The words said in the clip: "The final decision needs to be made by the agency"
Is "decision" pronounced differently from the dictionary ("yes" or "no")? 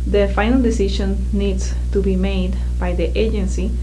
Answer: yes